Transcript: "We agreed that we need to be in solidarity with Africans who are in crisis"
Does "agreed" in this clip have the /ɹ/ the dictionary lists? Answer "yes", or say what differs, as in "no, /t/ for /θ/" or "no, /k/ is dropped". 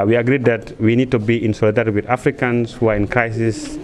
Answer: yes